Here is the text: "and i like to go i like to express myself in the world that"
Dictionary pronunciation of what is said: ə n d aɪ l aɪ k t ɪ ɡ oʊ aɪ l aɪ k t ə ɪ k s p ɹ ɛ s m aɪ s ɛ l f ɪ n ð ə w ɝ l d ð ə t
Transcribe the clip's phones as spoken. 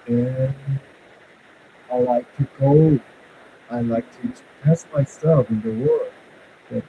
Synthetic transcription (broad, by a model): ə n aɪ l aɪ k t ɪ ɡ oʊ aɪ l aɪ k t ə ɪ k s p ɛ s m aɪ s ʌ f ɪ n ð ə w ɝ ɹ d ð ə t